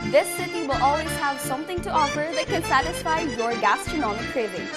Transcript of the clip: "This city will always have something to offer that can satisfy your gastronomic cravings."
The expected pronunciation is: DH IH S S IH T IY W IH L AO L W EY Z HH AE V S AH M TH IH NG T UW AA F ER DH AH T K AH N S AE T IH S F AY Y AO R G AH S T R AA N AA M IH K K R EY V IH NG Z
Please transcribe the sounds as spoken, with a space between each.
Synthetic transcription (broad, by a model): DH IH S S IH T IY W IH L AO L W EY Z HH AE V S AH M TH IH NG T UW AA F ER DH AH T K AH N S AE T IH S F AY Y AO R G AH S T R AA N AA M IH K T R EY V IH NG